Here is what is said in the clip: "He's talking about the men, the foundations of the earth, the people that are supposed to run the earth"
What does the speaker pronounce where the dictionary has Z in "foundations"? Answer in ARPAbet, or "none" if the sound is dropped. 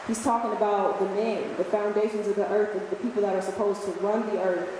Z